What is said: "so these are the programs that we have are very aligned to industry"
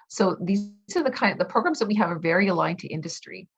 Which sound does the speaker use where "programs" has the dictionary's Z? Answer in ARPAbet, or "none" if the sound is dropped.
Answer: Z